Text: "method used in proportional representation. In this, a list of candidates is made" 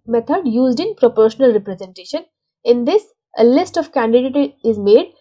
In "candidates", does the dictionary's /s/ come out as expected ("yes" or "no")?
no